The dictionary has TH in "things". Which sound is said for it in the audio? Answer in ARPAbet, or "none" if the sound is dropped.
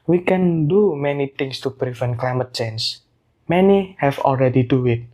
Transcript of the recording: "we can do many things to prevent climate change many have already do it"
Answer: T